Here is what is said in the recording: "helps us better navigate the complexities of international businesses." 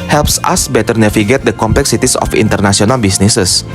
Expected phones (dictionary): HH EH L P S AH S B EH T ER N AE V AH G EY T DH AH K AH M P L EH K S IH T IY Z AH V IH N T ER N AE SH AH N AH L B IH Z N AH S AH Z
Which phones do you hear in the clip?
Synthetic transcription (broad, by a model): HH EH L P S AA S B EH T ER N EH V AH G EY T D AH K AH M P L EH K S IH T IY S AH F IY N T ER N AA S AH N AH L B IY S N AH S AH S